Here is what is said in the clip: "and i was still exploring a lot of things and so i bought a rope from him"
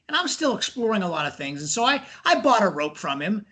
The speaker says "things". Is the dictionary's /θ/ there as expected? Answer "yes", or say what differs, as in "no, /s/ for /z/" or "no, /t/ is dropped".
yes